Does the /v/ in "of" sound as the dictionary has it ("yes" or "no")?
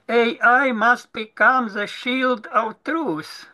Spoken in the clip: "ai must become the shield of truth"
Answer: no